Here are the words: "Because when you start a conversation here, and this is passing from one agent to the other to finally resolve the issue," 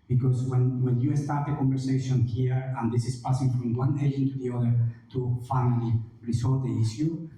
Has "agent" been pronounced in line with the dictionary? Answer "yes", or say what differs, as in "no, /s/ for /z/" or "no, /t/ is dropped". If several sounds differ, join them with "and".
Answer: no, /dʒ/ is dropped